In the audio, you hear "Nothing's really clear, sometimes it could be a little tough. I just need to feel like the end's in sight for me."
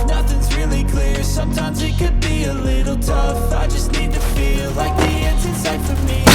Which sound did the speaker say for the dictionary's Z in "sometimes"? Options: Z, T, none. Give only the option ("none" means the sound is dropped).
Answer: Z